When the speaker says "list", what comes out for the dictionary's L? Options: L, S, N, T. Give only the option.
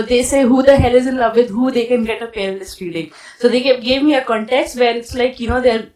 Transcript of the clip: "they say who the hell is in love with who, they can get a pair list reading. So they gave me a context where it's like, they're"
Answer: N